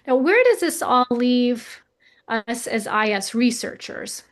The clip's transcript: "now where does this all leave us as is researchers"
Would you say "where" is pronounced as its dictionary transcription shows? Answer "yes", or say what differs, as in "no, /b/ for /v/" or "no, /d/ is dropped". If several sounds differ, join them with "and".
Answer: yes